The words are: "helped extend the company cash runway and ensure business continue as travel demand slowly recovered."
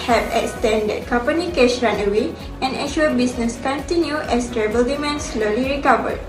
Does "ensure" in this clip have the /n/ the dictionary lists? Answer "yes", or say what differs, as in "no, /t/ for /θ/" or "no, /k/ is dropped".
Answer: no, /n/ is dropped